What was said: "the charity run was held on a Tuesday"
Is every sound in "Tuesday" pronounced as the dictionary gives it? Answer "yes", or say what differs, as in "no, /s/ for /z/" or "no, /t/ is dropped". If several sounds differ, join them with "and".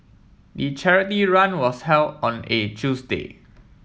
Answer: no, /s/ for /z/